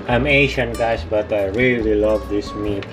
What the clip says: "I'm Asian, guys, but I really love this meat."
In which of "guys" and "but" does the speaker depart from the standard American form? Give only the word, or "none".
guys